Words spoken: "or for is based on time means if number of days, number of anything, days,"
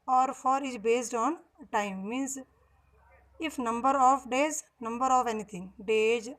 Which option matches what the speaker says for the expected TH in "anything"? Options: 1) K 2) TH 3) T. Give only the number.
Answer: 3